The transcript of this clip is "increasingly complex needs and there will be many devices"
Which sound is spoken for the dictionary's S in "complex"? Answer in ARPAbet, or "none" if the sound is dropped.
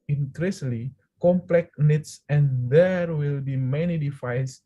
none